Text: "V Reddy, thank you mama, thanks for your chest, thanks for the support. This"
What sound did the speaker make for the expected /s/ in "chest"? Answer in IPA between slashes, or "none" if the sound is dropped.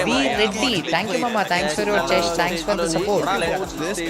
/ʃ/